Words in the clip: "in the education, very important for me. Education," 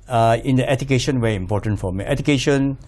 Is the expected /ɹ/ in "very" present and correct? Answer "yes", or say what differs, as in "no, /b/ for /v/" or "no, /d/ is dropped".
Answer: no, /ɹ/ is dropped